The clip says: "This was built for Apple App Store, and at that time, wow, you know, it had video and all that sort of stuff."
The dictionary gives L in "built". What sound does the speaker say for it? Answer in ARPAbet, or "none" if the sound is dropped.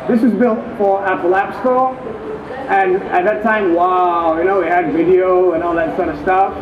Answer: L